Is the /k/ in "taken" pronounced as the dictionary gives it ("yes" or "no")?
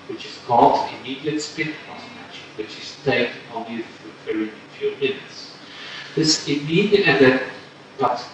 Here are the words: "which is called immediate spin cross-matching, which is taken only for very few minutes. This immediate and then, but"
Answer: no